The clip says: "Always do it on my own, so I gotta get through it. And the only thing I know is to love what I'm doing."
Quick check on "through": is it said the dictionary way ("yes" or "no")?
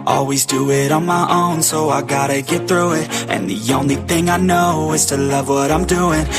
yes